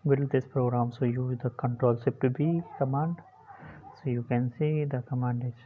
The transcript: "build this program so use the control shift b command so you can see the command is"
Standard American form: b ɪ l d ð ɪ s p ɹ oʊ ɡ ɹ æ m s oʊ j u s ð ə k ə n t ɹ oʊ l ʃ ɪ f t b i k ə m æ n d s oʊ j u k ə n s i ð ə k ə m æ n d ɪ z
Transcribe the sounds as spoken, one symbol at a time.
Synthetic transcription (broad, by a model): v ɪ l d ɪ s p ɹ oʊ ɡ ɹ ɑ m s oʊ j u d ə k ə n t ɹ oʊ l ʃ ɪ p t b i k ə m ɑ n d s oʊ j u k ə n s i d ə k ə m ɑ n d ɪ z